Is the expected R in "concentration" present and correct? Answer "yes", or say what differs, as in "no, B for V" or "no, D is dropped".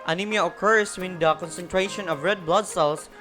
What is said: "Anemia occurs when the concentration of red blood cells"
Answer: yes